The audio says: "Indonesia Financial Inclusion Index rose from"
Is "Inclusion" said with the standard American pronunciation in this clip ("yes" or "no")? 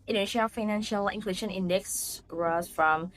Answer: no